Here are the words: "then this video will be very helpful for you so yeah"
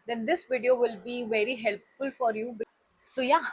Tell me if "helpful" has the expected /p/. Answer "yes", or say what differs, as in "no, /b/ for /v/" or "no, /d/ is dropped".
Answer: yes